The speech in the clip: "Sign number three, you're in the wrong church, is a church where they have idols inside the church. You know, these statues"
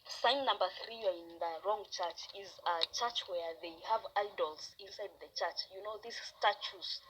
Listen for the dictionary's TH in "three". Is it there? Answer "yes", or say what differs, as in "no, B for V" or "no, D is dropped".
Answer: yes